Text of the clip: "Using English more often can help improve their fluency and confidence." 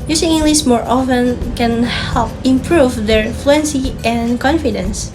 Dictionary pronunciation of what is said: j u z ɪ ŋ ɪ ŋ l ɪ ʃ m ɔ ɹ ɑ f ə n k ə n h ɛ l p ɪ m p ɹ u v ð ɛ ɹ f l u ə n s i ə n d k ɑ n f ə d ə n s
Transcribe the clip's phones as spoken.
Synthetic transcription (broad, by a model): j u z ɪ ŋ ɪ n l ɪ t m ɔ ɹ ɑ f ə n k ə n h ɛ l p ɪ m p ɹ u v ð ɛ ɹ f l u ə n s i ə n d k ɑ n f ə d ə n s